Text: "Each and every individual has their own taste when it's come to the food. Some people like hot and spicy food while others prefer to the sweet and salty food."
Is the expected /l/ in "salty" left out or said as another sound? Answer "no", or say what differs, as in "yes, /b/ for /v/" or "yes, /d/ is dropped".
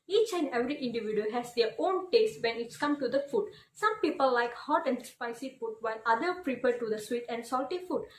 no